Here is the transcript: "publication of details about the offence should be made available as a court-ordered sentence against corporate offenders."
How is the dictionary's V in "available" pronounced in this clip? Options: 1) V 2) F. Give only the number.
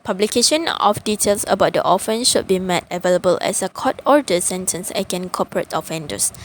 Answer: 1